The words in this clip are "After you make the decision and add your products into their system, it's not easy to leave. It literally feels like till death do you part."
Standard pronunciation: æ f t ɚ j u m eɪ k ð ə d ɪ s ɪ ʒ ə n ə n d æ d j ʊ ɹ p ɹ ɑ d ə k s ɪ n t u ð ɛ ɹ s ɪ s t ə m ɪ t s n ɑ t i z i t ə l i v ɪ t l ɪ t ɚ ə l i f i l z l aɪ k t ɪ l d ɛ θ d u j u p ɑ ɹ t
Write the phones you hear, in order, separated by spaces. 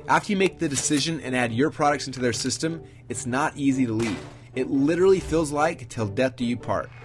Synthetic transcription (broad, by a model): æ f t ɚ j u m eɪ k ð ə d ɪ s ɪ ʒ ə n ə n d æ d j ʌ ɹ p ɹ ɑ d ə k s ɪ n t u ð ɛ ɹ s ɪ s t ə m ɪ t s n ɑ t i z i t ə l i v ɪ t l ɪ t ɚ l i f i l z l aɪ k t ɪ l d ɛ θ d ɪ j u p ɑ ɹ t